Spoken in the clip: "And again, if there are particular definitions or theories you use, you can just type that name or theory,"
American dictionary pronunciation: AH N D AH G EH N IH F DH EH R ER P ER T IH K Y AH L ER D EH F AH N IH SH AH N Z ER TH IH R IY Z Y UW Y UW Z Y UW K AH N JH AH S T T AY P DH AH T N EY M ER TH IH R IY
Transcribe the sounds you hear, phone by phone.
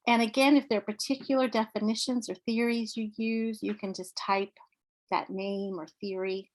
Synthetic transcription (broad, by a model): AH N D AH G EH N IH F DH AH R P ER T IH K Y L ER D EH F AH N IH SH AH N Z ER TH IH R IY Z Y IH Y UW Z Y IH K AH N JH AH S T T AY P DH AH T N EY M ER TH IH R IY